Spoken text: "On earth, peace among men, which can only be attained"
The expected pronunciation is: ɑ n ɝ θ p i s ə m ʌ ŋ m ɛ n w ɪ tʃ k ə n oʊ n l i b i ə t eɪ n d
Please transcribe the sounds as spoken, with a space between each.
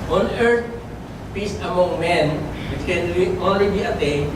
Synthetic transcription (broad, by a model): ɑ n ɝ t p i s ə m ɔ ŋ m ɛ n w ɪ tʃ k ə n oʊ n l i b i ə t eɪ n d